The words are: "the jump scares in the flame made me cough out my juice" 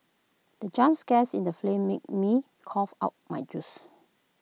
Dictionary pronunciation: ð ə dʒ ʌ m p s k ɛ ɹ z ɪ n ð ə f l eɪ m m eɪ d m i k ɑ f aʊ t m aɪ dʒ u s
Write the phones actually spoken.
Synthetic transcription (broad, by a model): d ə dʒ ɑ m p s k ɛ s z ɪ n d ə f l eɪ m m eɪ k m i k ɑ f aʊ t m aɪ dʒ u s